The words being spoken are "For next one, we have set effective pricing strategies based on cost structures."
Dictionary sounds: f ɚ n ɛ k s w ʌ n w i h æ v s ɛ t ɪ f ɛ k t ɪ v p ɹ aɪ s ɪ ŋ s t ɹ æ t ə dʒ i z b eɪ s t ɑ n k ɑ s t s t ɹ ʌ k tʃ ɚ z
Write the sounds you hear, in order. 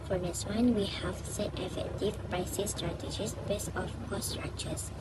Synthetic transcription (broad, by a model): f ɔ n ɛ s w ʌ n w i h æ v s ɛ t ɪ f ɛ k t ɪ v p ɹ aɪ s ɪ s t ɹ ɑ t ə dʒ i s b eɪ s ɑ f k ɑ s s t ɹ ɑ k tʃ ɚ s